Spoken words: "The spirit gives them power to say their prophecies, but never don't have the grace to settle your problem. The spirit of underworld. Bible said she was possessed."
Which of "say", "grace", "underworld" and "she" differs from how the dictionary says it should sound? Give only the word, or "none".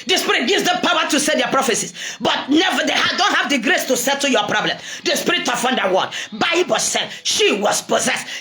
underworld